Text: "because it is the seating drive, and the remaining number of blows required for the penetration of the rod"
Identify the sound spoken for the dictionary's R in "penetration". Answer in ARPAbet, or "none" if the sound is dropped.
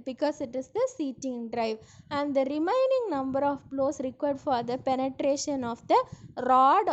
R